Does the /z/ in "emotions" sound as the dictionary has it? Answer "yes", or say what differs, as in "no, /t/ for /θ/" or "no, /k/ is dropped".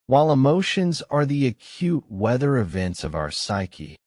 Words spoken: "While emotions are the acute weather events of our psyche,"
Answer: yes